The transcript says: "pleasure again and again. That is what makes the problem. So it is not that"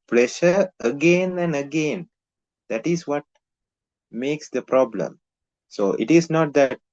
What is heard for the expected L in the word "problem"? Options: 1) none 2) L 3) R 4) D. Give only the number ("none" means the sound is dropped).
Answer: 2